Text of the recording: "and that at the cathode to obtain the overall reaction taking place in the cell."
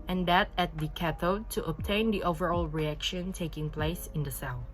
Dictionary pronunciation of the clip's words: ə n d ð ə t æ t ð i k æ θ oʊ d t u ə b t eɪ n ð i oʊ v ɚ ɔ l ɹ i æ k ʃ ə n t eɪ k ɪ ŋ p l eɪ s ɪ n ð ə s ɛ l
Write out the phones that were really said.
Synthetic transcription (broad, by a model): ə n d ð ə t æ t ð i k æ t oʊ t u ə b t eɪ n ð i oʊ v ɚ ɔ l ɹ i æ k ʃ ə n t eɪ k ɪ ŋ p l eɪ s ɪ n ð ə s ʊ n